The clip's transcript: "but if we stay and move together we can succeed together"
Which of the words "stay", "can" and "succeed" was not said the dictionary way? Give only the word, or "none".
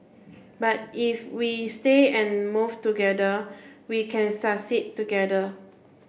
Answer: succeed